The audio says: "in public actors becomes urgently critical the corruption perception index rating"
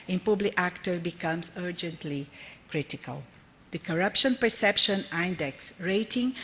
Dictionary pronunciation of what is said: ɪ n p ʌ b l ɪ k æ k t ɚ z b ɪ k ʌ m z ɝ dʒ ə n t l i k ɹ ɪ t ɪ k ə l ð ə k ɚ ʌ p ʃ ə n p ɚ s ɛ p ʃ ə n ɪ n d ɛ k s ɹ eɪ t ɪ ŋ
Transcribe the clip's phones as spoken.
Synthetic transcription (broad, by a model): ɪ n p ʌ b l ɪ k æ k t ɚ b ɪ k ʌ m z ɝ dʒ ə n t l i k ɹ ɪ t ɪ k ə l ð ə k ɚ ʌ p ʃ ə n p ɚ s ɛ p ʃ ə n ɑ n d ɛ k s ɹ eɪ t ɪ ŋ